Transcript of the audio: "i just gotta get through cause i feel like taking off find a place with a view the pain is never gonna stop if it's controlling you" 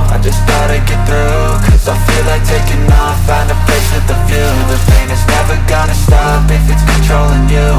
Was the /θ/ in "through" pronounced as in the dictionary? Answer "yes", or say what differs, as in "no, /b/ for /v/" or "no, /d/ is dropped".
yes